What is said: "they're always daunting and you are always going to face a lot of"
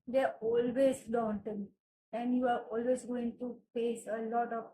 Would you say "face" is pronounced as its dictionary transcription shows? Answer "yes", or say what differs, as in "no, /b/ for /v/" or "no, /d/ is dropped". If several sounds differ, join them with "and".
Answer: no, /p/ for /f/